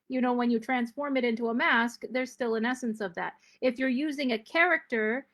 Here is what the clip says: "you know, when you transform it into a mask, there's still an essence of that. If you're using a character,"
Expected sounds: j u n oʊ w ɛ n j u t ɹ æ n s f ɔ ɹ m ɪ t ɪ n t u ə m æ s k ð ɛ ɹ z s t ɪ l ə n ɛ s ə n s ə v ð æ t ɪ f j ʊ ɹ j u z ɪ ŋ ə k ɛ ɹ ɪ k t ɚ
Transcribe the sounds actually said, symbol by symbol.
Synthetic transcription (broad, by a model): j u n oʊ w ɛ n j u t ɹ æ n s f ɔ ɹ m ɪ t ɪ n t u ə m æ s k ð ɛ ɹ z s t ɪ l ə n ɛ s ə n s ə v ð æ t ɪ f j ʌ ɹ j u z ɪ ŋ ə k ɛ ɹ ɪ k t ɚ